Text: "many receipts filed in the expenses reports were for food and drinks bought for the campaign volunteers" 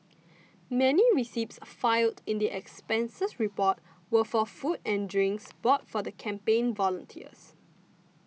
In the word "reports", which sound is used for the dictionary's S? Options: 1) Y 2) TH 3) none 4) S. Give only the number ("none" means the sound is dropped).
3